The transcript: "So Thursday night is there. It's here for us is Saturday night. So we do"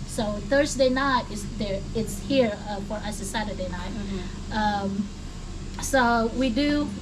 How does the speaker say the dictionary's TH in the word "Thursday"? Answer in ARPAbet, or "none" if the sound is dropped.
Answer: TH